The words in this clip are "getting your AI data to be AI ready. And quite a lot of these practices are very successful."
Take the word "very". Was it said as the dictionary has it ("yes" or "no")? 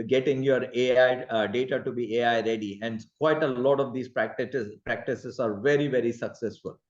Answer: yes